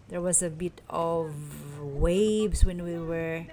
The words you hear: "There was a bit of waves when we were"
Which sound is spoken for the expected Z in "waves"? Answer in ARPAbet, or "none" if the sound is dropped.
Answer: S